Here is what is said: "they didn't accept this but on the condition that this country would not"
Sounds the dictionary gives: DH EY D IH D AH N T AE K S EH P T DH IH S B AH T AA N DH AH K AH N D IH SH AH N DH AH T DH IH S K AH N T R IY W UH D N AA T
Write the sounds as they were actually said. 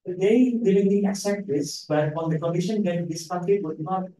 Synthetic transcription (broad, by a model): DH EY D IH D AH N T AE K S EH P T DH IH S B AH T AA N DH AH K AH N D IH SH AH N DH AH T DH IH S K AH T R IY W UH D N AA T